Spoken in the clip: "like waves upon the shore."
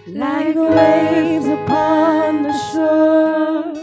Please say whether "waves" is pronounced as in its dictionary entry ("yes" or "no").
no